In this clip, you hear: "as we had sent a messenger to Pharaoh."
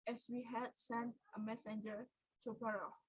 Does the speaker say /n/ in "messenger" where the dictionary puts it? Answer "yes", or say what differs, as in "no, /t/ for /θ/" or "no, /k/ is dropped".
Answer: yes